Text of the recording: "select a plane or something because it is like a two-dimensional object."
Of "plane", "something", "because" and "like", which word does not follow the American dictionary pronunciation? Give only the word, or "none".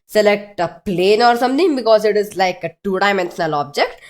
something